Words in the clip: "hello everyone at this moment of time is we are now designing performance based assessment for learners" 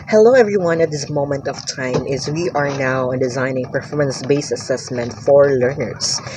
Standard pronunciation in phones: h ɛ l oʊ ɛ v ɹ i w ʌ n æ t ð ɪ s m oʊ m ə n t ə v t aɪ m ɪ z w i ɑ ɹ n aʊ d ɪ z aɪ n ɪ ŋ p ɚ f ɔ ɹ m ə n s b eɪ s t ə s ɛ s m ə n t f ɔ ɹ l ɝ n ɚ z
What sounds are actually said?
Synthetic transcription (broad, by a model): h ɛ l oʊ ɛ v ɹ i w ʌ n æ t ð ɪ s m oʊ m ə n t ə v t aɪ m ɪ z w i ɑ ɹ n aʊ d ɪ z aɪ n ɪ ŋ p ɚ f ɔ ɹ m ə n s b eɪ s ə s ɛ s m ə n t f ɔ ɹ l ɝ n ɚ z